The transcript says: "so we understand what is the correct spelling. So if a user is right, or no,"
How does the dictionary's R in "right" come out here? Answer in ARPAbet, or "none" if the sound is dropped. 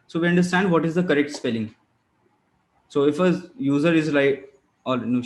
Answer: L